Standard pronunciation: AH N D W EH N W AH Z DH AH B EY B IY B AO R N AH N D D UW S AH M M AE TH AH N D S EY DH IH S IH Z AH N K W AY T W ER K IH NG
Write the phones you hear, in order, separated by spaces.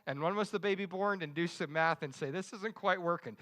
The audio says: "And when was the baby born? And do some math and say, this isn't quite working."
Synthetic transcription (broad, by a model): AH N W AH N W AH Z DH AH B EY B IY B AO R N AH N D D UW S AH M M AE TH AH N S EY DH IH S IH Z AH N K W AY T W ER K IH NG